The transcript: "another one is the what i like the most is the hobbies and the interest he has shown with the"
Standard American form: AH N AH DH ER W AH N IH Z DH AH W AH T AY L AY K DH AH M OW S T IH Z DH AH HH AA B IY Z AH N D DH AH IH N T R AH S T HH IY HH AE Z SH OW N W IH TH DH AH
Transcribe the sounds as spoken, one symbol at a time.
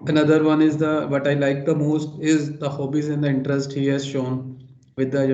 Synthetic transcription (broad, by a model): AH N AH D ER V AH N IH Z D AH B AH T AY L AY K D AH M OW S T IH Z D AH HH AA B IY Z AH N D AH IH N T R AH S T HH IY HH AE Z SH OW N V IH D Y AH